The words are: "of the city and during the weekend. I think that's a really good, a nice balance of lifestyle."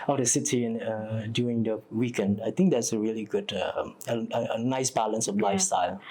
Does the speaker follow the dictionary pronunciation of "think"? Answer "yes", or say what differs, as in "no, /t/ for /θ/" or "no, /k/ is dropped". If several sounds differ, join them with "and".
no, /t/ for /θ/